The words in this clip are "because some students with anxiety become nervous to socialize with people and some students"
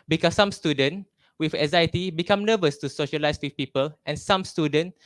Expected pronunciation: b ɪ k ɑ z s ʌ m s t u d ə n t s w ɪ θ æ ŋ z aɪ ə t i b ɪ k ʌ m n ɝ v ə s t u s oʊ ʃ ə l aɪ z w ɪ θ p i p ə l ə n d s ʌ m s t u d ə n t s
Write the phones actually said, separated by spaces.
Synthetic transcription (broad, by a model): b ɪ k ɑ s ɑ m s t u d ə n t w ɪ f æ z aɪ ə t i b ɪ k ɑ m n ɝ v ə s t u s oʊ ʃ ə l aɪ s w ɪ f p i p ə l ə n s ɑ m s t u d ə n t